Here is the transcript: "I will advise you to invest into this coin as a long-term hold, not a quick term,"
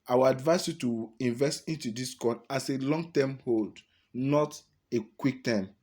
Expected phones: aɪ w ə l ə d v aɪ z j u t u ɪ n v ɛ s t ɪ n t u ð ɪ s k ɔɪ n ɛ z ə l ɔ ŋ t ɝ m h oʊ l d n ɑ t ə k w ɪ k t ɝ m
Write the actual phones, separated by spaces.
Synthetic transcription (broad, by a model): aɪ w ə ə d v aɪ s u t u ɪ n v ɛ s t ɪ n t u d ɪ s k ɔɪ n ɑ s ə l ɔ ŋ t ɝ m h oʊ l d n ɑ t ə k w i k t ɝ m